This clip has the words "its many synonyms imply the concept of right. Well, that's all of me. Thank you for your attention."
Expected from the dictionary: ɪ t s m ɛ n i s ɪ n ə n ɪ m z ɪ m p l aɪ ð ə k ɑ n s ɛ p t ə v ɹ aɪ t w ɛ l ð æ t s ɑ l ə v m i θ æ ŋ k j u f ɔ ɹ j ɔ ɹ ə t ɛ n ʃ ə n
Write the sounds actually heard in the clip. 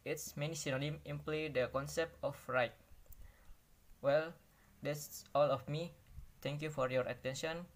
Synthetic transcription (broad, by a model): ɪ t s m ɛ n i s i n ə n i m ɪ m p l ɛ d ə k ɑ n s ɛ p t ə f ɹ aɪ t w ɛ l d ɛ s s ɑ l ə f m i t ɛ ŋ k j u f ɔ ɹ j ɔ ɹ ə t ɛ n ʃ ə n